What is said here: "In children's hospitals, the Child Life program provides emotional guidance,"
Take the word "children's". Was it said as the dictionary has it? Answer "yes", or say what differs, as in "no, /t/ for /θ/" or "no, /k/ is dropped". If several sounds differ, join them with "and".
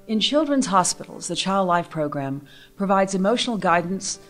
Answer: yes